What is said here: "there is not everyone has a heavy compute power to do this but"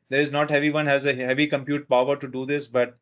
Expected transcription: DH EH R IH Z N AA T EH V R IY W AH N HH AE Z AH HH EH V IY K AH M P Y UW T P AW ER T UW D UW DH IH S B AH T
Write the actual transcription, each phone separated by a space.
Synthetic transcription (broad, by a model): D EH R IH Z N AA T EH V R IY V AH N HH AE Z AH HH EH V IY K AH M P Y UW T P AW ER T UW D UW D IH S B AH T